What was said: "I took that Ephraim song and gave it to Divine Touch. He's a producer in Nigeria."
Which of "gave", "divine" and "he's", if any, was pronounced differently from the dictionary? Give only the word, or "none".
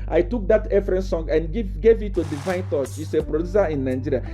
he's